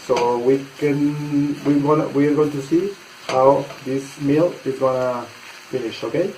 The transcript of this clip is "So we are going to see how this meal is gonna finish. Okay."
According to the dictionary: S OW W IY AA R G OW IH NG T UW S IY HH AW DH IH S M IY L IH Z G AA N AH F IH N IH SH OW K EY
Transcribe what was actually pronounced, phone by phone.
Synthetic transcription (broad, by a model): S OW W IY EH W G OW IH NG T UW S IY HH AW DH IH S M IY L IH Z G AA N AH F IH N IH SH OW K EY